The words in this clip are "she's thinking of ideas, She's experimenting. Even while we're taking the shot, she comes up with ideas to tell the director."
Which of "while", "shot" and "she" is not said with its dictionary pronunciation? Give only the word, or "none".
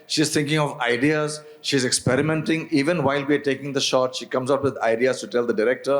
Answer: none